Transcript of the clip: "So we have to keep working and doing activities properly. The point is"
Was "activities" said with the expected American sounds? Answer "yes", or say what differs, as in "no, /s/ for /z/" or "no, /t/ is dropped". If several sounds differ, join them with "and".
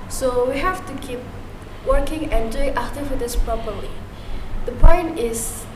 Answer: no, /f/ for /v/ and /s/ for /z/